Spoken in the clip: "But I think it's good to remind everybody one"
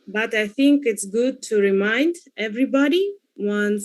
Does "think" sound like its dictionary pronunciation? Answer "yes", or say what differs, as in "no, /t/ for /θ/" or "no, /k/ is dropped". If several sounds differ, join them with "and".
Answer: yes